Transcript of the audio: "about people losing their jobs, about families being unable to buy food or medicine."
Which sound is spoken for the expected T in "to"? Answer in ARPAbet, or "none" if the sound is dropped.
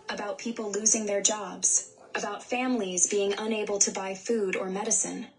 T